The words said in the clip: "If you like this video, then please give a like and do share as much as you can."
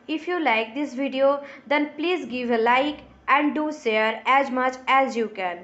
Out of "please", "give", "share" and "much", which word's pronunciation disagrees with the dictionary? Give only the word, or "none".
share